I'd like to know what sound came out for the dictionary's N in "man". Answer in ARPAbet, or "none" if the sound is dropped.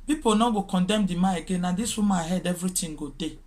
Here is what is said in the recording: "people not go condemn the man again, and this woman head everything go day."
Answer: none